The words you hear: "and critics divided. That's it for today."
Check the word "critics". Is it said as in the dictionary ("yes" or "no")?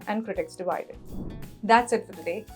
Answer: yes